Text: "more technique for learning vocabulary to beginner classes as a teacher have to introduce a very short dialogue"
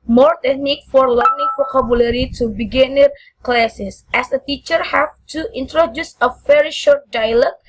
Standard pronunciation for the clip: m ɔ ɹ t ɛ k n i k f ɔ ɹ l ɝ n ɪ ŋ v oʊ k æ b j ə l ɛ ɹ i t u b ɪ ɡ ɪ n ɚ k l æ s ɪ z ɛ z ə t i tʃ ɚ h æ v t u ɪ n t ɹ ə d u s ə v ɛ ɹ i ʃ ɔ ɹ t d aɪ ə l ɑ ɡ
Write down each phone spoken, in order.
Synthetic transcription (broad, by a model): m ɔ ɹ t ɛ k n i k f ɔ ɹ l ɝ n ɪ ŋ f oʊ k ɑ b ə l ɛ ɹ i t u b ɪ ɡ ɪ n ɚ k l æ s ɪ s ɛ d ə t i tʃ ɚ h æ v t u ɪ n t ɹ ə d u s ə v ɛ ɹ i ʃ ɔ ɹ t d aɪ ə l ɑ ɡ